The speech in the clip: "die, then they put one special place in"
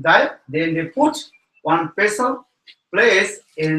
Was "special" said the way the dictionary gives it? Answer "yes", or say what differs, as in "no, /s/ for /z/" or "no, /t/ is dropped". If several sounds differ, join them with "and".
no, /s/ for /ʃ/